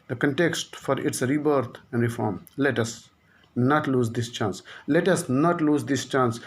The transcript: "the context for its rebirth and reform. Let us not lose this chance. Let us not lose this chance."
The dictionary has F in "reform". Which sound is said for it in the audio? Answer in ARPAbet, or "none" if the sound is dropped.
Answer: F